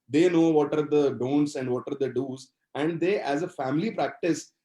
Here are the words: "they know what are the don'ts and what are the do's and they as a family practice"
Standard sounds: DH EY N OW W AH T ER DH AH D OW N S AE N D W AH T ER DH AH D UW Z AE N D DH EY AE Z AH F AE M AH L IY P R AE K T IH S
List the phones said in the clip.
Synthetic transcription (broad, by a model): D EY N OW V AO T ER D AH D OW N S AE N D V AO T ER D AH D UW Z AE N D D EY AE Z AH F AE M AH L IY P R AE K T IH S